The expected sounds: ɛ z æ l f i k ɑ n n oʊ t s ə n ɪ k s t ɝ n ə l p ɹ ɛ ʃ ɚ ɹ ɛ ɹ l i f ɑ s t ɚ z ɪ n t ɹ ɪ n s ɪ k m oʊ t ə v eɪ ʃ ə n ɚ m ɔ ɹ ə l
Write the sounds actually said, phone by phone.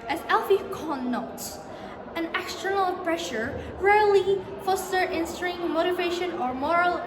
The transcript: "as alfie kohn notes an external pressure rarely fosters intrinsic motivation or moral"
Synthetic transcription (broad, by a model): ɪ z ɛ l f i k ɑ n n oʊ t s ə n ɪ k s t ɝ n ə l p ɹ ɛ ʃ ɚ ɹ ɛ ɹ l i f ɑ s t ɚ ɪ n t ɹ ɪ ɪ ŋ m oʊ t ə v eɪ ʃ ə n ɚ m ɔ ɹ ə l